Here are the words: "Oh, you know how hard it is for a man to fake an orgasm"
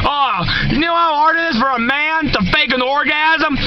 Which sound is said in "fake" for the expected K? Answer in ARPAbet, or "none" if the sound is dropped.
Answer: K